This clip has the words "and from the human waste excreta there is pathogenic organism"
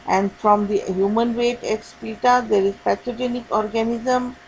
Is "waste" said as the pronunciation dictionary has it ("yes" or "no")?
no